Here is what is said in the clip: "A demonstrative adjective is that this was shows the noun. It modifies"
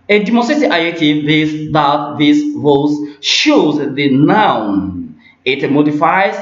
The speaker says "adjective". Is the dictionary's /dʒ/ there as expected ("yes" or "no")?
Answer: no